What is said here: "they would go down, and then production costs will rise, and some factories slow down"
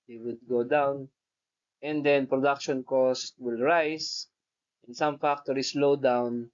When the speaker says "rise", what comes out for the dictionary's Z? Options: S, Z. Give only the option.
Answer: S